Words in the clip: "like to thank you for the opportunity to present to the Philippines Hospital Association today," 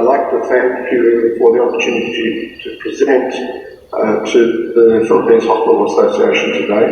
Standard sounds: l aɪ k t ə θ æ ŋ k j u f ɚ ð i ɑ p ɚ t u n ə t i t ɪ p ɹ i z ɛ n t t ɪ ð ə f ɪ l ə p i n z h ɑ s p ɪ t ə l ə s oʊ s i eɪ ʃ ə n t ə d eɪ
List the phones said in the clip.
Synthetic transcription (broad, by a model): l aɪ k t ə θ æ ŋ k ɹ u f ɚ ð i ɑ p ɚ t u n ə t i t ɪ p ɹ i z ɛ n t t ɪ ð ə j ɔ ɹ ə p i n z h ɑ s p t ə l ə s oʊ s i eɪ ʃ ə n t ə d eɪ